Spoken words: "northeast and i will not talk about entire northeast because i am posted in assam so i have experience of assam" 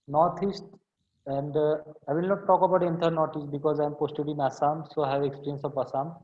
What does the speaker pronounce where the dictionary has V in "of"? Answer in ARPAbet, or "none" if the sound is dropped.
P